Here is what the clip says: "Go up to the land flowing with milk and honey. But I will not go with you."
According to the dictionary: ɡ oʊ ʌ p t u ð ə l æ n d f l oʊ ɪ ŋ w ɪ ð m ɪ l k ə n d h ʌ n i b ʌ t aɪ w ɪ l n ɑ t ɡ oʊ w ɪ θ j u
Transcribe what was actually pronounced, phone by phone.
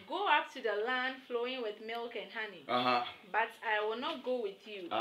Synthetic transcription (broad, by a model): ɡ oʊ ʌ p t u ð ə l æ n d f l oʊ ɪ ŋ w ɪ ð m ɪ l k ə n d h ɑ n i b ʌ t aɪ w ɪ l n ɑ t ɡ oʊ w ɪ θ j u